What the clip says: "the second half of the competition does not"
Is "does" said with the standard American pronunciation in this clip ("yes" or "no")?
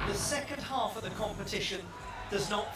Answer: yes